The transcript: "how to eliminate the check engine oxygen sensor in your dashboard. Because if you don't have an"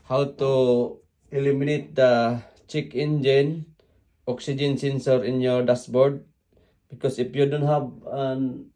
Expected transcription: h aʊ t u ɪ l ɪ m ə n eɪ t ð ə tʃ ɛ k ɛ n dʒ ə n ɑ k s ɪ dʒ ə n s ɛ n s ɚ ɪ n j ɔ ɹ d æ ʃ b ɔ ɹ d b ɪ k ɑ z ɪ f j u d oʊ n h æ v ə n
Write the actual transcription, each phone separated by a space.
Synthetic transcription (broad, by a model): h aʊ t u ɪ l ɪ m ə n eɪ t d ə tʃ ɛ k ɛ n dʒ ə n ɑ k s ɪ dʒ ə n s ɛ n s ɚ ɪ n j ɔ ɹ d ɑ s b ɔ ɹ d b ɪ k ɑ s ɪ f j u d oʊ n h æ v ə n